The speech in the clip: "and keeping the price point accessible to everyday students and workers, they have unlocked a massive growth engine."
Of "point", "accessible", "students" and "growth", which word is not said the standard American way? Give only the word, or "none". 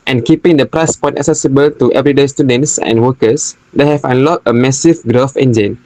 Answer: growth